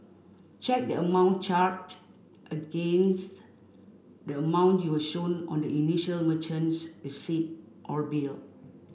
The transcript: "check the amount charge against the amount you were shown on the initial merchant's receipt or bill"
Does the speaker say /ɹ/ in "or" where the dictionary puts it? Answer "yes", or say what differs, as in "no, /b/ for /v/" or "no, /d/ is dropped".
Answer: yes